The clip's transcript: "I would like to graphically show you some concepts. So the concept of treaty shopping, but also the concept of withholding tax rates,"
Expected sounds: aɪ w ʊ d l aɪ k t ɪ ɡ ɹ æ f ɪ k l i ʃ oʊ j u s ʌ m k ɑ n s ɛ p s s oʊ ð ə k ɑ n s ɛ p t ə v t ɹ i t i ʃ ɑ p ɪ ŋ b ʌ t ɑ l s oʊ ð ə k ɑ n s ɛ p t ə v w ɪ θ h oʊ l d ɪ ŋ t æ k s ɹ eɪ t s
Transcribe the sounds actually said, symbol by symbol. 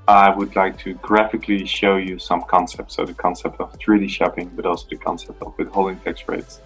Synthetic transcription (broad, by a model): aɪ w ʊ d l aɪ k t ɪ ɡ ɹ æ f ɪ k l i ʃ oʊ j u s ʌ m k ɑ n s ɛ p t s oʊ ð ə k ɑ n s ɛ p t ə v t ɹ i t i ʃ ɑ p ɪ ŋ b ʌ t ɑ l s oʊ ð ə k ɑ n s ɛ p t ə v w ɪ h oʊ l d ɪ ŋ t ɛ k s ɹ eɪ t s